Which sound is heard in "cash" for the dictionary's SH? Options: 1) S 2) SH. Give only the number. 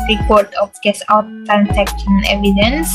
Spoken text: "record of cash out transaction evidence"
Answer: 1